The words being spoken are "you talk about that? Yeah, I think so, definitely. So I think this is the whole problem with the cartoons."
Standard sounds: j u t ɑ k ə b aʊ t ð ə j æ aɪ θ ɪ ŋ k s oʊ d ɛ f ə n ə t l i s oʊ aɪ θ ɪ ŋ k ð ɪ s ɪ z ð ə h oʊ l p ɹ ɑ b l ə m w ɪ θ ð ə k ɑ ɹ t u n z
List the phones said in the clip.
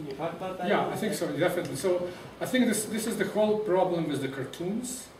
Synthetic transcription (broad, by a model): j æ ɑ ə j θ ɪ ŋ k s oʊ d ɛ f ə n ə t l i s oʊ aɪ θ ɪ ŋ k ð ɪ s ɪ z ð ə h oʊ l p ɹ ɑ b l ə m w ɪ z ð ə k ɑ ɹ t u n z